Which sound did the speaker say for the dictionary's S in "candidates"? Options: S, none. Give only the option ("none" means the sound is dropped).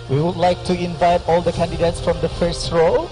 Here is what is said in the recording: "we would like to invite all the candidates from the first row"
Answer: S